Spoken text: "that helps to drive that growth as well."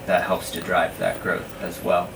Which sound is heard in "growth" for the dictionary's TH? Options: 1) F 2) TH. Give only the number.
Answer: 2